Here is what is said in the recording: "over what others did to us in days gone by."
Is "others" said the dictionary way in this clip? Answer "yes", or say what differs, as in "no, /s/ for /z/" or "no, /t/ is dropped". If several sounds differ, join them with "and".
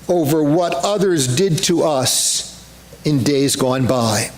yes